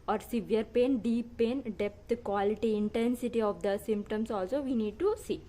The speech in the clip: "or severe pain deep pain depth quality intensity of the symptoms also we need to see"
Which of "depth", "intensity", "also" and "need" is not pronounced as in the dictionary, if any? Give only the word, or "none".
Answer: depth